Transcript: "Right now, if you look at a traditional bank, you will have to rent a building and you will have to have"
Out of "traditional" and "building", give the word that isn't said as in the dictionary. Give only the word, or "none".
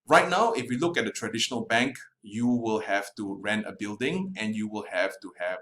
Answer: none